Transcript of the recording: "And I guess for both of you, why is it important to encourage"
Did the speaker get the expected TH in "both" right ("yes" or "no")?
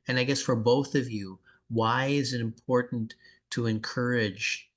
yes